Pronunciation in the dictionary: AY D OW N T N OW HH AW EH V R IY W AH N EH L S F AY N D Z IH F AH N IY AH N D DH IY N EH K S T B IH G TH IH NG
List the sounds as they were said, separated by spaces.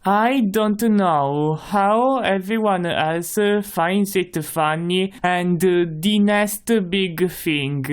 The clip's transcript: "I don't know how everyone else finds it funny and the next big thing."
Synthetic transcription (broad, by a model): AY D OW N T N OW HH AW EH V R IY W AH N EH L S F AY N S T IH F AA N IY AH N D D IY N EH S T B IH G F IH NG